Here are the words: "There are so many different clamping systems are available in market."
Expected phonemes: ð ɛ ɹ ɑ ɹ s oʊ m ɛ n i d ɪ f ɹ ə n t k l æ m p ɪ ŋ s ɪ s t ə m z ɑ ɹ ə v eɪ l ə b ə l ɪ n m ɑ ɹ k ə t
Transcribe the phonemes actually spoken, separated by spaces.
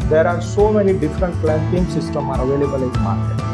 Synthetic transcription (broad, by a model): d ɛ ɹ ɑ ɹ s oʊ m ɛ n i d ɪ f ɹ ə n t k l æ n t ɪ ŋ s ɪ s t ə m ɑ ɹ ə v eɪ l ə b ə l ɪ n m ɑ ɹ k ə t